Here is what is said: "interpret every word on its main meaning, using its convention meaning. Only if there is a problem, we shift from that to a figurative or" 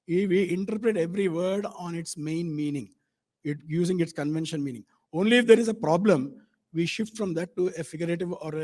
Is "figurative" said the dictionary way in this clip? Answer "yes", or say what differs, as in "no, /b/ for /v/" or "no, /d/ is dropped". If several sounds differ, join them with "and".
yes